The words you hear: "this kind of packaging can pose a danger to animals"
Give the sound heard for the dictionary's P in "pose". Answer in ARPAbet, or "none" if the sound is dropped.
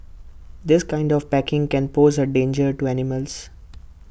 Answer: P